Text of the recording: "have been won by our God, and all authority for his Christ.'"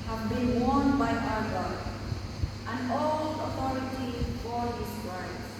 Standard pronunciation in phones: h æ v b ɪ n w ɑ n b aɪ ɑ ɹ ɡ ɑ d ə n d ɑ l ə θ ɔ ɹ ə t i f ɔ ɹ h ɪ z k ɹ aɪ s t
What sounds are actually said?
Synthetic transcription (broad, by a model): h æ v b ɪ n w ɑ n b aɪ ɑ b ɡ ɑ ə n d ɑ l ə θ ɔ ɹ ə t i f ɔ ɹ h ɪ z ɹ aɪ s